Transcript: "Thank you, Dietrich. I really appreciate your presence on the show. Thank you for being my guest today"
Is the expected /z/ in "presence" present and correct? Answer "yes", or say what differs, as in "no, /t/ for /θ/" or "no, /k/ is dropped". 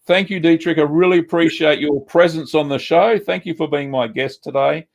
yes